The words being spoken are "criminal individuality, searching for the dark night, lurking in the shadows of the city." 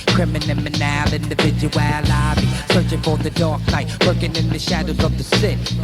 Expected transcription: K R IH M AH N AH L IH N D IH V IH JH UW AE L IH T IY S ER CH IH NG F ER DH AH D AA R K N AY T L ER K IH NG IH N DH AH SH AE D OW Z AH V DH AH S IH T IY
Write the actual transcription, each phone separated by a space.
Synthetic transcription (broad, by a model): K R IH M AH N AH L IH N D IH V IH JH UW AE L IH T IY S ER CH IH NG F ER DH AH D AA R K N AY T W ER K IH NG IH N DH AH SH AE D OW Z AH V DH AH S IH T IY